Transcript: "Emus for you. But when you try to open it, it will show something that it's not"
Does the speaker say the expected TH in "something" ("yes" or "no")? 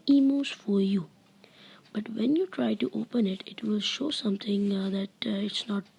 no